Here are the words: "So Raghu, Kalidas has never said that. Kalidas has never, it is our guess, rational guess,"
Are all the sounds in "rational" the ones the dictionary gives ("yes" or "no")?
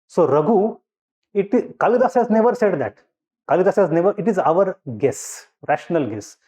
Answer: yes